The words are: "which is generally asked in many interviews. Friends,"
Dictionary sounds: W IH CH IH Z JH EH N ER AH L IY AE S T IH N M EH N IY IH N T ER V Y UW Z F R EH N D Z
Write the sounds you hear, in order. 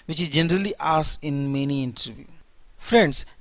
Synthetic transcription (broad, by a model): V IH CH IH Z JH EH N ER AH L IY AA S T IH N M EH N IY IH N T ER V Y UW F R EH N D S